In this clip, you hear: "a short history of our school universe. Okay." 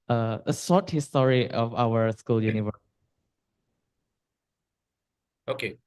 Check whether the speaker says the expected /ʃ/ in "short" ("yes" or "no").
no